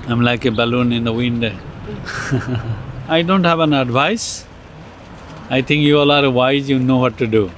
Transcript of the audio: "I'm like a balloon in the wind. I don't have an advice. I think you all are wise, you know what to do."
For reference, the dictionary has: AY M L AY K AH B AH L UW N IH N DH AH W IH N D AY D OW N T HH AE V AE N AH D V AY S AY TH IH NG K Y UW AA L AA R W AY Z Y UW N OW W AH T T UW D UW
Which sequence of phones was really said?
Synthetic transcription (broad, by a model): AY M L AY K AH B AH L UW N IH N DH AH W IH N D AY D OW N T HH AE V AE N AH D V AY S AY T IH NG K Y UW AA L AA R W AY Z Y UW N OW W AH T T UW D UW